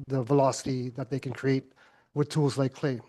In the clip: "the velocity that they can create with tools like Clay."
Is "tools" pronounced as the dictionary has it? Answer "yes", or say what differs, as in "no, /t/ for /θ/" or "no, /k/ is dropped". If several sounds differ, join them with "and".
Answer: yes